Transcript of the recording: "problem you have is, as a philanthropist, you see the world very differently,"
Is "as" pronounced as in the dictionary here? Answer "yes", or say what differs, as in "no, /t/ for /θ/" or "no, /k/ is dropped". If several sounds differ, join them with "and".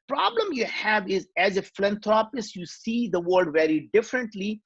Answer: yes